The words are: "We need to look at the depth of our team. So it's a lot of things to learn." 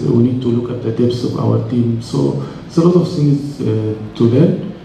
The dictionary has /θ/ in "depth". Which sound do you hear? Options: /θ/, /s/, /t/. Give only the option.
/s/